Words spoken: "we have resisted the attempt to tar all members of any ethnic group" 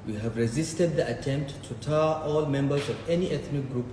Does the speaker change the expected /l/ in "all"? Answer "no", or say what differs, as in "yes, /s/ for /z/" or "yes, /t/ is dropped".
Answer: no